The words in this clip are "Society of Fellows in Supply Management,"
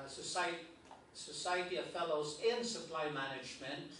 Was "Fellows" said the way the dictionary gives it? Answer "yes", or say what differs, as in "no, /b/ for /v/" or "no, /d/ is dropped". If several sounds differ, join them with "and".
yes